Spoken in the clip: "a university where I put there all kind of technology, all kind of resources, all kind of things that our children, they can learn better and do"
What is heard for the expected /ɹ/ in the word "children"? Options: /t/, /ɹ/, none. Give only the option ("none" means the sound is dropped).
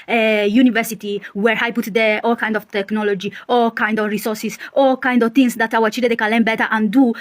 none